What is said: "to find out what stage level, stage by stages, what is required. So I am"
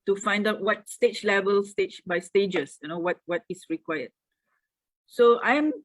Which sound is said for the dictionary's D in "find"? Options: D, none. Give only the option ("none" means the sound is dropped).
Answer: D